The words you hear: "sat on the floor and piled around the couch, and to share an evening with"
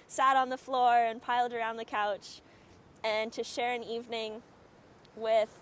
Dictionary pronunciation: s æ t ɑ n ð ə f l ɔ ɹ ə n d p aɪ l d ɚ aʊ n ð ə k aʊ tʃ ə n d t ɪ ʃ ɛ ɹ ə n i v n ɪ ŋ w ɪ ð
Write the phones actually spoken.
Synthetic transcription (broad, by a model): s æ t n ð ə f l ɔ ɹ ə n p aɪ l d ɚ aʊ n ð ə k aʊ tʃ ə n t ɪ ʃ ɛ ɹ ə n i v n ɪ ŋ w ɪ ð